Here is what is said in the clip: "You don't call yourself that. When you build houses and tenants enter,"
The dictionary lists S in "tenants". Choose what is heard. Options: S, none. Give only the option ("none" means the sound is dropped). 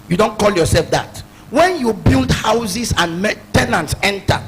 S